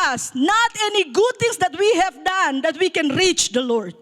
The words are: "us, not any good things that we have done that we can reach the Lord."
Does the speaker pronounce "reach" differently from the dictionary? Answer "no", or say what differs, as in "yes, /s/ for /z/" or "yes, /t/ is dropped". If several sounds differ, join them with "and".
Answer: no